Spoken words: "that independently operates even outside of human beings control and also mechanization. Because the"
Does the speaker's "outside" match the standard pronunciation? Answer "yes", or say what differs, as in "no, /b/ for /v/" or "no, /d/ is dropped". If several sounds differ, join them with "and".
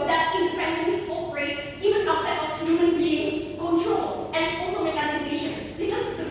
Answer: no, /d/ is dropped